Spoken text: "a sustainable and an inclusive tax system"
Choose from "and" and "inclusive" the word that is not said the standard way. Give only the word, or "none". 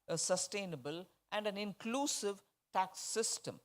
none